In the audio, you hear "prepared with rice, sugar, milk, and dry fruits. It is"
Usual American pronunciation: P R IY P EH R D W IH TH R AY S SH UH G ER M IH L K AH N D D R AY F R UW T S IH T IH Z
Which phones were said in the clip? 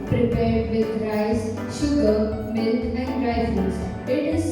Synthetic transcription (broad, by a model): P R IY P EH R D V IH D R AY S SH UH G ER M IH L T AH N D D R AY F UW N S IH T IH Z